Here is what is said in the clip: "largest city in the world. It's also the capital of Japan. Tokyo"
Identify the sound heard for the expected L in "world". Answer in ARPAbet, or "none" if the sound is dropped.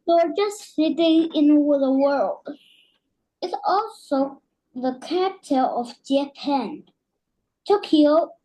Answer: L